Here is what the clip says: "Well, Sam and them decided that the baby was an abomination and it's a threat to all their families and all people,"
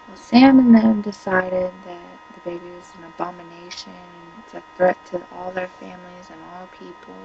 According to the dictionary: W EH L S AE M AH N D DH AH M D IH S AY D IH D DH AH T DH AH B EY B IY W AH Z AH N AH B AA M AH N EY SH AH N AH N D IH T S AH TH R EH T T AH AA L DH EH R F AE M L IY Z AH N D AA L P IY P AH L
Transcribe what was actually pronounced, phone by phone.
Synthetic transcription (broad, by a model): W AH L S AE M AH N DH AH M D IH S AY D IH D DH AH T DH AH B EY B IY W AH Z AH N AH B AA M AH N EY AH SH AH N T AH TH R EH T T AA L DH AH R F AE M L IY Z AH N AA L P IY P L